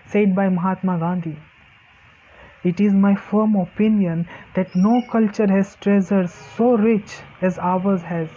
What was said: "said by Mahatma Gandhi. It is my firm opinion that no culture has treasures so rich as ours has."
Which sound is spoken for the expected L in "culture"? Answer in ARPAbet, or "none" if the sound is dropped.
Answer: L